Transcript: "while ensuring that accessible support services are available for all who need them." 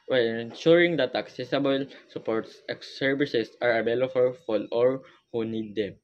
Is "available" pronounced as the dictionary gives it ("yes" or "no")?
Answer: no